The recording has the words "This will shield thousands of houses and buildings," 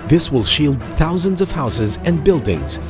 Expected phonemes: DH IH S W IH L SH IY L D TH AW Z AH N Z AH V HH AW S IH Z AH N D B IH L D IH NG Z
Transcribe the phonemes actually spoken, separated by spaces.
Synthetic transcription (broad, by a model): DH IH S W IH L SH IY L D TH AW Z AH N Z AH V HH AW S IH Z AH N B IH L D IH NG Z